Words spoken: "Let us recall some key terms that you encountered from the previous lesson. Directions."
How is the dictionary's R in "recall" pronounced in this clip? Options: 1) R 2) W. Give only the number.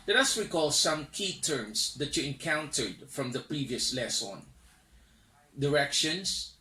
2